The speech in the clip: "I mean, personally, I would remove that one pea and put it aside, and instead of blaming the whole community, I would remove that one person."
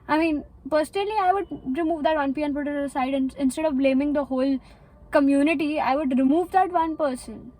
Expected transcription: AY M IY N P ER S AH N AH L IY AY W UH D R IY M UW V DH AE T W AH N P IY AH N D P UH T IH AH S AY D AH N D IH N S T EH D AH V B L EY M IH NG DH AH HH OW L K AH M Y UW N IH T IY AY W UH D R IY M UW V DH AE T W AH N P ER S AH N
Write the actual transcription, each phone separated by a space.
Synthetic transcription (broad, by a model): AY M IY N P ER S AH N AH L IY AY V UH D R IY M UW V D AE T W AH N P IY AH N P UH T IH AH S AY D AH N IH N S T EH D AH V B L EY M IH NG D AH HH OW L K AH M Y UW N IH T IY AY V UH D R IY M UW V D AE T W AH N P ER S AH N